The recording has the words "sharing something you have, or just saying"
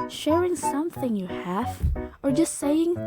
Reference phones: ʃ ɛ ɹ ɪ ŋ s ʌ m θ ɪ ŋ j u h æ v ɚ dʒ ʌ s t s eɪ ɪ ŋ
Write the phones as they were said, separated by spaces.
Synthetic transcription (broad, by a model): ʃ ɛ ɹ ɪ ŋ s ʌ m θ ɪ ŋ j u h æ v ɚ dʒ ʌ s t s eɪ ɪ ŋ